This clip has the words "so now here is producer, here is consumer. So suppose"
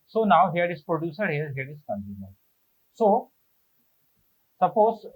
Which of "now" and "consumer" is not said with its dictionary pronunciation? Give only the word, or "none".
consumer